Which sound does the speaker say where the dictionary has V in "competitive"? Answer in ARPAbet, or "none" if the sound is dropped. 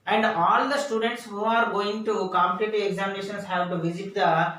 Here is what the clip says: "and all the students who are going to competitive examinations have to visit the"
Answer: none